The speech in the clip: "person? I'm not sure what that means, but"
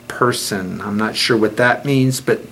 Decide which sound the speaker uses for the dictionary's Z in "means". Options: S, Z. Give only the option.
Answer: Z